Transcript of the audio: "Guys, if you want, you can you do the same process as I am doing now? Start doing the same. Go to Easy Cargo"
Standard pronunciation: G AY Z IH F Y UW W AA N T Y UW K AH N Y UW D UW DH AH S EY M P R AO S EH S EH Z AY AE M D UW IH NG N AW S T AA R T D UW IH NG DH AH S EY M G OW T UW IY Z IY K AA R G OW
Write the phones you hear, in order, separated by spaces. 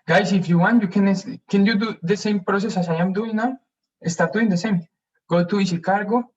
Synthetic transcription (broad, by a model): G AY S IH F Y UW W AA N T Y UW K AH N Y UW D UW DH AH S EY M P R AO S EH S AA S AY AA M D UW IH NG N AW S T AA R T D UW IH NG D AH S EY M G OW T UW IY S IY K AA R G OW